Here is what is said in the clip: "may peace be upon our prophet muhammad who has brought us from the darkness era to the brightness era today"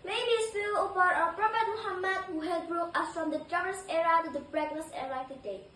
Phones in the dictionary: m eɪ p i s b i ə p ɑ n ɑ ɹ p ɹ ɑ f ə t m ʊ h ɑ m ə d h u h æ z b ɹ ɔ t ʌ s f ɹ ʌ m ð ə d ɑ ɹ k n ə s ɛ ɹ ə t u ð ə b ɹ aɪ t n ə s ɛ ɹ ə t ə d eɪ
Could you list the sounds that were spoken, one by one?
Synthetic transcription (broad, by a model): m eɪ b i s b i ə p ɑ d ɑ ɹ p ɹ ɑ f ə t m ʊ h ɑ m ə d h u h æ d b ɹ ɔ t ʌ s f ɹ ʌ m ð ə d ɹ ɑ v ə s ɛ ɹ ə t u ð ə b ɹ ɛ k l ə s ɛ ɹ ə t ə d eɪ